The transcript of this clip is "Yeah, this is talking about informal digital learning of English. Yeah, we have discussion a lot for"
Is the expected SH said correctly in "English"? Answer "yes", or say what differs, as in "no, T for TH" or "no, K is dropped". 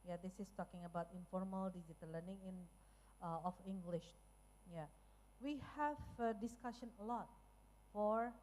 yes